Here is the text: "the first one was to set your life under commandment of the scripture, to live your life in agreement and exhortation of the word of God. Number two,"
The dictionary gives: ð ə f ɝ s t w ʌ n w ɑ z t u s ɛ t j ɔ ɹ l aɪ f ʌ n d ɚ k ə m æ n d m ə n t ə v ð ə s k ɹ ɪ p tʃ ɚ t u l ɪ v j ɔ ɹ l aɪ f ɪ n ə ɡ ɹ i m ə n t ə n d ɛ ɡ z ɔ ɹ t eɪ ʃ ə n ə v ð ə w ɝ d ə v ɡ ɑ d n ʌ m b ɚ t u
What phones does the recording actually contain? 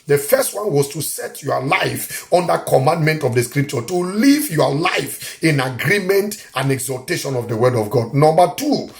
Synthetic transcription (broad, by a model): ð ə f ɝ s t w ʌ n w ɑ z t u s ɛ t j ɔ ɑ l aɪ f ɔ n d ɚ k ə m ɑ n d m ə n t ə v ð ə s k ɹ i p tʃ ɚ t u l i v j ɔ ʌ l aɪ f ɪ n ə ɡ ɹ i m ə n t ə n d ɛ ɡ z ɔ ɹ t eɪ ʃ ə n ə v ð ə w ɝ d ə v ɡ ɑ d n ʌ m b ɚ t u